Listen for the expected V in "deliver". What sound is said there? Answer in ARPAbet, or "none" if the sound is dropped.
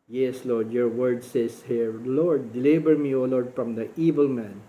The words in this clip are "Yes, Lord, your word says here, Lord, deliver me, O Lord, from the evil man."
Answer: B